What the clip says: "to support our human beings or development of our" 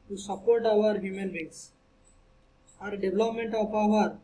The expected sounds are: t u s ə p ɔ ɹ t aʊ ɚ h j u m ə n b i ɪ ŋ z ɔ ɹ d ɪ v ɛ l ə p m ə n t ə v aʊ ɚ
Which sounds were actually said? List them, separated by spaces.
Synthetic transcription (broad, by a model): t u s ə p ɔ ɹ t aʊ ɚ h j u m ə n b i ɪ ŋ s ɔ ɹ d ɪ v l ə p m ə n t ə p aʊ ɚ